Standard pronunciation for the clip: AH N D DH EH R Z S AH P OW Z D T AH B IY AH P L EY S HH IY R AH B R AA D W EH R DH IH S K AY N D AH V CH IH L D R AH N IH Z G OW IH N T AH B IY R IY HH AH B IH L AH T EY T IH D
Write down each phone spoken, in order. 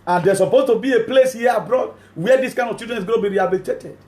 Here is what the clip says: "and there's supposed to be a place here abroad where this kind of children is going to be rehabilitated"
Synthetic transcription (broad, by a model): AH N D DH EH S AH P OW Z T AH B IY AH P L EY S HH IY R AH B R AA D W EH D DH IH S K AY N D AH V CH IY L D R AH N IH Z G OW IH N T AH B IY R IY HH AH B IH L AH T EY T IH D